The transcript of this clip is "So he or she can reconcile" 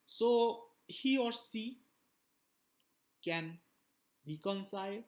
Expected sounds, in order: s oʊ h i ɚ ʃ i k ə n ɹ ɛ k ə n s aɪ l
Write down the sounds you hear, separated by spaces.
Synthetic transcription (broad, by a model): s oʊ h i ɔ s i k ə n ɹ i k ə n s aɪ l